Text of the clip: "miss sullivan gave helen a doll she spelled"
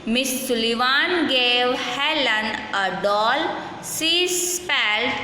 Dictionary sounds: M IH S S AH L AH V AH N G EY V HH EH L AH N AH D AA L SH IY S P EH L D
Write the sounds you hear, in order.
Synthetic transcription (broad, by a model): M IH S S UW L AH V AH N G EY V HH EH L AH N AH D AA L S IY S P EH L